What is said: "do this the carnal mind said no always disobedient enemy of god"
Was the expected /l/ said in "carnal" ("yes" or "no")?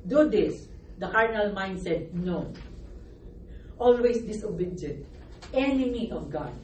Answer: yes